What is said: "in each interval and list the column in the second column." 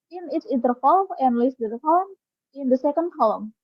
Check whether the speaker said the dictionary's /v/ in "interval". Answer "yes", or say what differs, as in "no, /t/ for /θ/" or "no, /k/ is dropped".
no, /f/ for /v/